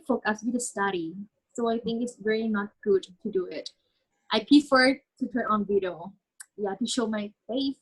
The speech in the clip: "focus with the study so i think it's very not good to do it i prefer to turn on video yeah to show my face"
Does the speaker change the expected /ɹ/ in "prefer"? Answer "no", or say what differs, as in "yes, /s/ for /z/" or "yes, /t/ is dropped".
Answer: yes, /ɹ/ is dropped